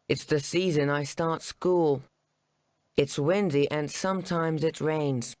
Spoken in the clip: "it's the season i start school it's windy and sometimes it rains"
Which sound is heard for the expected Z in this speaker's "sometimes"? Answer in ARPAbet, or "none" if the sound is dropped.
Z